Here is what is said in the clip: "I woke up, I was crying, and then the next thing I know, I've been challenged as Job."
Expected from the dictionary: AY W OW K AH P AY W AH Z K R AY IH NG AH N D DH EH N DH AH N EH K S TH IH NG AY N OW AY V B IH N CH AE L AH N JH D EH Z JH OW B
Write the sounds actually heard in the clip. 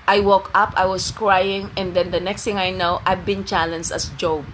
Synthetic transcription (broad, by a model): AY W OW K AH P AY W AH S K R AY IH NG AH N D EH N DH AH N EH K S T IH NG AY N OW AY V B IH N CH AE L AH N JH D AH S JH OW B